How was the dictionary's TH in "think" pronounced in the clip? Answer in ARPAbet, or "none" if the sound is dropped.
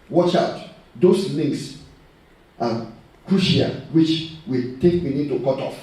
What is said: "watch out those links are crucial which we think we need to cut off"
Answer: T